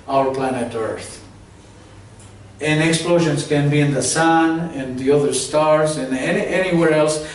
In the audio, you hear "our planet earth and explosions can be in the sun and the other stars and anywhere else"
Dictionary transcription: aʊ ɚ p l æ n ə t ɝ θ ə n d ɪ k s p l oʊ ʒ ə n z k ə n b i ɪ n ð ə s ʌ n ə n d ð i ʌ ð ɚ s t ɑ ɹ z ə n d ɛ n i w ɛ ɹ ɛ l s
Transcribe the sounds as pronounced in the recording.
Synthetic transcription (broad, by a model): aʊ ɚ p l æ n ə t ɝ θ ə n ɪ k s p l oʊ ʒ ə n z k ə n b i ɪ n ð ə s ʌ n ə n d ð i ʌ ð ɚ s t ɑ ɹ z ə n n ɛ n i w ɛ ɹ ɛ l s